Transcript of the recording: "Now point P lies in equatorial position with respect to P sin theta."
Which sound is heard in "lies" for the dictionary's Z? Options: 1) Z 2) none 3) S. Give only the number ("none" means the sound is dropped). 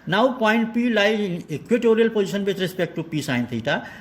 2